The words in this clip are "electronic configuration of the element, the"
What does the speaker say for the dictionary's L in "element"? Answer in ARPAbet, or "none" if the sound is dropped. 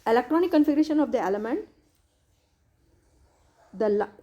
L